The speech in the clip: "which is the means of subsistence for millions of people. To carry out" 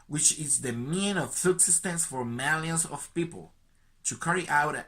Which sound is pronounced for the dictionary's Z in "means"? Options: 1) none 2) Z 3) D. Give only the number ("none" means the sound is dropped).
1